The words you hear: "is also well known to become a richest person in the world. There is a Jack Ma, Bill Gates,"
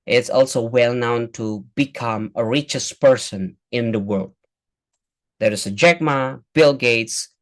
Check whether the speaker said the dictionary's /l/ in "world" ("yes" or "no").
yes